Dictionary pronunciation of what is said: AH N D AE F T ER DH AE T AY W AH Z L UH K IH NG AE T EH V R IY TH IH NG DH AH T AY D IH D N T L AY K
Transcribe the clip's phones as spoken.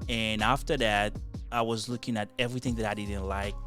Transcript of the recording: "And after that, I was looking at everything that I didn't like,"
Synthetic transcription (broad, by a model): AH N AE F T ER DH AE T AY W AH Z L UH K IH NG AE T EH V R IY TH IH NG DH AH T AY D IH D N T L AY K